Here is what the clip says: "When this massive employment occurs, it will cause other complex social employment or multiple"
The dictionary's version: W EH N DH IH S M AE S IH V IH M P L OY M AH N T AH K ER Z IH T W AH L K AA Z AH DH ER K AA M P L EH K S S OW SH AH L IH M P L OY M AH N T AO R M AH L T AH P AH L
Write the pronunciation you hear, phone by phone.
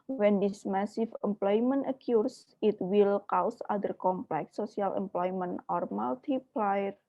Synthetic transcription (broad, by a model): W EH N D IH S M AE S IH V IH M P L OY M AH N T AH K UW S IH T W AH L K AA S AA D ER K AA M P L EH K S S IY AH L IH M P L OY M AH N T AO R M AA L T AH P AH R